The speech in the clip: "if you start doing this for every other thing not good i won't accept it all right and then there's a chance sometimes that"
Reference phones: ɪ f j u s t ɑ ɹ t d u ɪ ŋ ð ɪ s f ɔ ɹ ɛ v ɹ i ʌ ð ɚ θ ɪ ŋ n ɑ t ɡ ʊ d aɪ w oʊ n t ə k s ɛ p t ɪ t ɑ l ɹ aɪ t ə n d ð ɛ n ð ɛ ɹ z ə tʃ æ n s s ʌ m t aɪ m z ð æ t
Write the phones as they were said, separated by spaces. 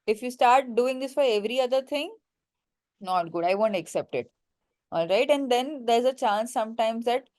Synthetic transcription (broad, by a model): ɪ f j u s t ɑ ɹ t d u ɪ ŋ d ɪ s f ɔ ɹ ɛ v ɹ i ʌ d ɚ t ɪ ŋ n ɑ t ɡ ʊ d aɪ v oʊ n t ə k s ɛ p t ɪ t ɑ l ɹ aɪ t ə n d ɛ n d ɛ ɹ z ə tʃ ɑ n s s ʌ m t aɪ m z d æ t